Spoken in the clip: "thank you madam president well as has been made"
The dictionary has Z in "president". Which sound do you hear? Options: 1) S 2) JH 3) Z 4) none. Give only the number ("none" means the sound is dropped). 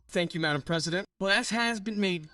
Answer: 3